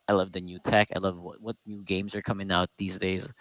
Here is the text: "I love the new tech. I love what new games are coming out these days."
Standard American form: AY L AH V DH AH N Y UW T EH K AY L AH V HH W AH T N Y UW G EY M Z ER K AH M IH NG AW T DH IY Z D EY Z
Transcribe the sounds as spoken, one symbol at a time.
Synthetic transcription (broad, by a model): AY L AH V DH AH N Y UW T EH K AY L AH V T W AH T N Y UW G EY M Z ER K AH M IH NG AW T DH IY Z D EY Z